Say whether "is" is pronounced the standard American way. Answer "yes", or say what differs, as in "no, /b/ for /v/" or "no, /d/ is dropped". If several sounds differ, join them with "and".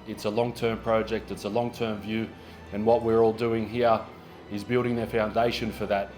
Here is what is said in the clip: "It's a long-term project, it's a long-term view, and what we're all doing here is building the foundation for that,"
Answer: yes